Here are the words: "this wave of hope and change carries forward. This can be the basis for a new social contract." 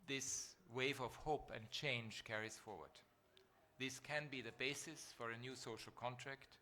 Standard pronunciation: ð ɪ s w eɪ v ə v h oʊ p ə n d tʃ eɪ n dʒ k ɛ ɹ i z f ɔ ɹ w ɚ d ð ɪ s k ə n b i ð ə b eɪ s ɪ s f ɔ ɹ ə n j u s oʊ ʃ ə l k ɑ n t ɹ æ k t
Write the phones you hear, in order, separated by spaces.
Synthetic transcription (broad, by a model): ð ɪ s w eɪ v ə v h oʊ p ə n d tʃ eɪ n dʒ k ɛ ɹ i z f ɔ ɹ w ɚ d ð ɪ s k ə n b i ð ə b eɪ s ɪ s f ɔ ɹ ə n j u s oʊ ʃ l k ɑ n t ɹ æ k t